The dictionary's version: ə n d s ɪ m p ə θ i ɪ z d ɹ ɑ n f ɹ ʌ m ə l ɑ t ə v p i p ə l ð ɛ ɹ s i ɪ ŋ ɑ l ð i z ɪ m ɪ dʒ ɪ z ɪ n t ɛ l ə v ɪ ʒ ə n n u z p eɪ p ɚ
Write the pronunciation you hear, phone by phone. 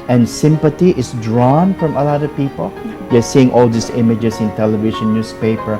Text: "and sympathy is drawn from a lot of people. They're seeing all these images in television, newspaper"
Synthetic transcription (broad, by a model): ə n s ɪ m p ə t i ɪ s d ɹ ɑ n f ɹ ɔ m ə l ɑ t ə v p i p ə l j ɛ s i ɪ ŋ ɑ l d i s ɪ m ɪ dʒ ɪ s ɪ n t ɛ l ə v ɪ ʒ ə n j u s p eɪ p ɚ